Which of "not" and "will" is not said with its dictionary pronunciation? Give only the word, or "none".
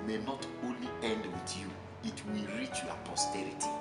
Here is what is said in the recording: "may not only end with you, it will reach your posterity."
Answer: none